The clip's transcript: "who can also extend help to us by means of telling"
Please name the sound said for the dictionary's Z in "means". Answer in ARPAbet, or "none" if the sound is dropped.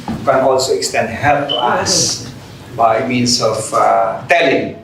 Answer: S